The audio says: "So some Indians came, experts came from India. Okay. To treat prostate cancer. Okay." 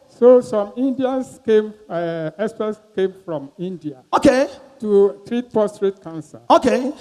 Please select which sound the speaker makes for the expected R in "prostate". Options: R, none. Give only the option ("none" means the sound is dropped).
none